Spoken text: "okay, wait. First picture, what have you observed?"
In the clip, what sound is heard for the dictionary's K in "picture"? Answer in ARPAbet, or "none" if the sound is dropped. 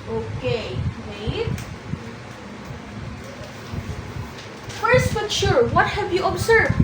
none